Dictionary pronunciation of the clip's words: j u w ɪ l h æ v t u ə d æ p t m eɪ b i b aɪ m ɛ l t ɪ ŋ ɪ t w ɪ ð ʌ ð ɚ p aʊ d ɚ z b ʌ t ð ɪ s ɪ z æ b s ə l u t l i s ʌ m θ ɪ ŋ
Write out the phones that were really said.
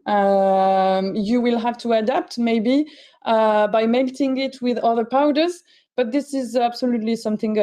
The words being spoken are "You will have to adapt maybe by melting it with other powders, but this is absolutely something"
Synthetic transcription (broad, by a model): j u w ɪ l h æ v t u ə d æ p t m eɪ b i b aɪ m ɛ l t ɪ ŋ ɪ t w ɪ ð ʌ ð ɚ p aʊ d ɚ z b ʌ t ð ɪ s ɪ z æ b s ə l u t l i s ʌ m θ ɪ ŋ